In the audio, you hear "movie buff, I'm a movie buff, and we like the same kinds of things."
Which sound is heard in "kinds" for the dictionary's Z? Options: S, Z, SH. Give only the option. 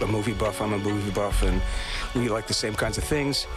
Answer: Z